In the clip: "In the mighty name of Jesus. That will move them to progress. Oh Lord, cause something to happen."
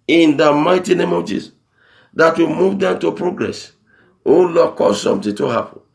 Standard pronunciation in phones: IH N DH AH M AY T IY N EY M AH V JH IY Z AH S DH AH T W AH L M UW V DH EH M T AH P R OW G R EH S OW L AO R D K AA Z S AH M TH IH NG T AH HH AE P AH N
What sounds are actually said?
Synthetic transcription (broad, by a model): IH N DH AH M AY T IY N EY M AH V JH IY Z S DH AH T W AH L M UW V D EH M T AH P R OW G R EH S OW L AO K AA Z S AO M T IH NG T AH HH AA P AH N